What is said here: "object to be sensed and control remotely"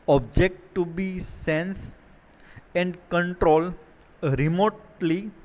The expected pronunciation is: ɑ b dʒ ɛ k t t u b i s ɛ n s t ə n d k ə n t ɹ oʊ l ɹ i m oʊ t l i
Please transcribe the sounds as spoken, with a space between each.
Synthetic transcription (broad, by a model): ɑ b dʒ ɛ k t t u b i s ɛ n s ə n d k ə n t ɹ oʊ l ɹ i m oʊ t l i